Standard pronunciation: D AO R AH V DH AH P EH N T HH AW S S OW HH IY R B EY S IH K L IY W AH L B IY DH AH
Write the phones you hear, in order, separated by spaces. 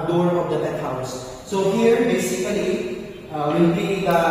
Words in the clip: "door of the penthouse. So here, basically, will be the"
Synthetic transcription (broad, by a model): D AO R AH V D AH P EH T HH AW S S OW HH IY R B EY S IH K L IY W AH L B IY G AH